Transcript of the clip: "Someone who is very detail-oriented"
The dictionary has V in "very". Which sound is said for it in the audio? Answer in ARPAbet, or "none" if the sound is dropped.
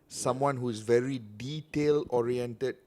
V